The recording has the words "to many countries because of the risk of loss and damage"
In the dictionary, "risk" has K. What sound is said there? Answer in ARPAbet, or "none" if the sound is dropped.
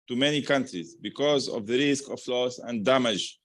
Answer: K